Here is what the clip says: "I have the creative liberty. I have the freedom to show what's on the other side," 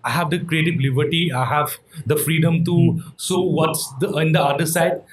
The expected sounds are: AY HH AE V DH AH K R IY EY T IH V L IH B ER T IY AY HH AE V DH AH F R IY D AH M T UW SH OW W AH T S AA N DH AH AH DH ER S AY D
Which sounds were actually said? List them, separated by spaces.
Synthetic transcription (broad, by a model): AY HH AE V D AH K R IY EY T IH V L IH B ER T IY AY HH AE V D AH F R IY D AH M T UW S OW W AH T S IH N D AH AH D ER S AY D